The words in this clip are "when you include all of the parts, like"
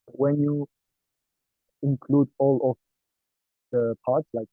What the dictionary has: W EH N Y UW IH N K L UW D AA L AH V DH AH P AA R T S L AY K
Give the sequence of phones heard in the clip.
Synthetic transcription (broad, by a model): W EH N Y UW IH N K L UW D AA L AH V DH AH P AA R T S L AY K